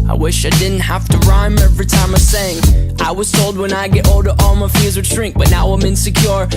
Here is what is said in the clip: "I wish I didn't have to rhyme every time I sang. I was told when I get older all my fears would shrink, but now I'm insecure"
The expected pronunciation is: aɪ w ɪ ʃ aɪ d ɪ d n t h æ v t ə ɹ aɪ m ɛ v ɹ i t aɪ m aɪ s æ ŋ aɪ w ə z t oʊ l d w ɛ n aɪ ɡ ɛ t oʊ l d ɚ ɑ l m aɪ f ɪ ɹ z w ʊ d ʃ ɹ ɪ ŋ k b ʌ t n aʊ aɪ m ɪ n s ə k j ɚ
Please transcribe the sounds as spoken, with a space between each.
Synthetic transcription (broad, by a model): aɪ w ɪ ʃ aɪ d ɪ d n t h æ f t ə ɹ aɪ m ɛ v ɹ i t aɪ m aɪ s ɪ ŋ aɪ w ə z t oʊ l d w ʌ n aɪ ɡ ɛ t oʊ l d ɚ ɑ l m aɪ f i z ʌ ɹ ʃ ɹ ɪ ŋ k b ʌ t n aʊ aɪ m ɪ n s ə k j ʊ